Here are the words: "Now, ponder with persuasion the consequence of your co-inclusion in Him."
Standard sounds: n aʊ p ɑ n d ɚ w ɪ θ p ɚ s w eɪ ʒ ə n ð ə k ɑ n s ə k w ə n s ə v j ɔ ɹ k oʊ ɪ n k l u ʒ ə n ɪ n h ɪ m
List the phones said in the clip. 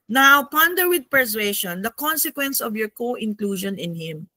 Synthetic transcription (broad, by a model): n aʊ p ɑ n d ɚ w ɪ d p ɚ s w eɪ ʃ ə n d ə k ɑ n s ə k w ə n s ə v j ɔ ɹ k oʊ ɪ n k l u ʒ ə n ɪ n h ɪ m